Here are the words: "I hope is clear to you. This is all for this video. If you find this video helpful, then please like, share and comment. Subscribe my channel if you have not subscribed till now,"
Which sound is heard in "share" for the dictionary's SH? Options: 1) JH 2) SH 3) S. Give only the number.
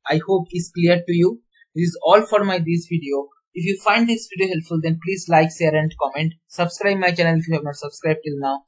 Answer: 3